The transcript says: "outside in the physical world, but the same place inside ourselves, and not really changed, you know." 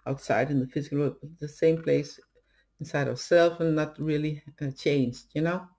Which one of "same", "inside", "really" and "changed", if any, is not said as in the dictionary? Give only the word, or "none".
none